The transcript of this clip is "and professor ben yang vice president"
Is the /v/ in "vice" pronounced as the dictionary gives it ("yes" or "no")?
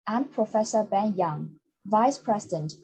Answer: yes